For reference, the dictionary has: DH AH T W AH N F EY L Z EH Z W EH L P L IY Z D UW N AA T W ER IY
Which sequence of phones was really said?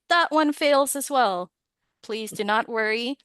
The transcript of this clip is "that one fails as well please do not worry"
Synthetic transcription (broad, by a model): DH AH T W AH N F EY L Z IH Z W EH L P L IY Z D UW N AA T W ER IY